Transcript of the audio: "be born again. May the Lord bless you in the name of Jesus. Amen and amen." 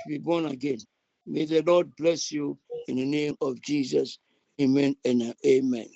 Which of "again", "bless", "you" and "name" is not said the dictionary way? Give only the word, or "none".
none